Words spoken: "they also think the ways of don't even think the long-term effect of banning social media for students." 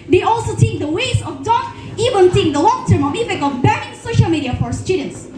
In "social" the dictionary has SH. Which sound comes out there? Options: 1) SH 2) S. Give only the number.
1